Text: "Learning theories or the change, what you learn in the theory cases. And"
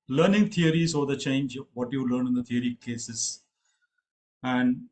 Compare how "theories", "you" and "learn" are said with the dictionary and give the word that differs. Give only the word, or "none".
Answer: theories